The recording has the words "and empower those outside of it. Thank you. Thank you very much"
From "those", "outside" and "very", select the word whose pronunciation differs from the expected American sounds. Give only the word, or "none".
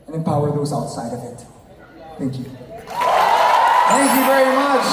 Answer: none